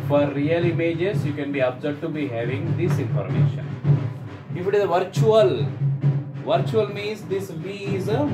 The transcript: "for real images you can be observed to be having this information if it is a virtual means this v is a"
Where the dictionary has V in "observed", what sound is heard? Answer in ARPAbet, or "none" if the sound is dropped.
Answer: none